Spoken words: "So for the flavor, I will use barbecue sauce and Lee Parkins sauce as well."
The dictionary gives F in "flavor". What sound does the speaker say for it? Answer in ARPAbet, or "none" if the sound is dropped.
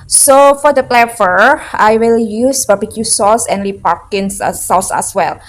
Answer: P